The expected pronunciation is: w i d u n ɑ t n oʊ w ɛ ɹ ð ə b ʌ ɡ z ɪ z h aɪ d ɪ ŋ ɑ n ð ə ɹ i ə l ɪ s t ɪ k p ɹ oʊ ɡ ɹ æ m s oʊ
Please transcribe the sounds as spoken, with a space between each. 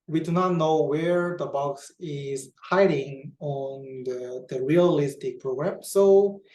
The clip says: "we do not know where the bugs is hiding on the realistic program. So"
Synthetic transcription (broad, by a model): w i d u n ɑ t n oʊ w ɛ ɹ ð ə b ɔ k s ɪ z h aɪ d ɪ ŋ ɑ n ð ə ɹ i ə l ɪ s t ɪ k p ɹ oʊ ɡ ɹ æ m s oʊ